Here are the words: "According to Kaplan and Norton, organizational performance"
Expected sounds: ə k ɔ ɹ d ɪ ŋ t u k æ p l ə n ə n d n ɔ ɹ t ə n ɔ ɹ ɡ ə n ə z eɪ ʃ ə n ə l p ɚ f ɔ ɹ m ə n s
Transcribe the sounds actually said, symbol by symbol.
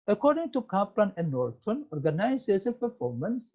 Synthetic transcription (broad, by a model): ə k ɔ ɹ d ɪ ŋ t u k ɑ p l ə n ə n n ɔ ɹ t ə n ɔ ɹ ɡ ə n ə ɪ s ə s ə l p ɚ f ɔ ɹ m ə n s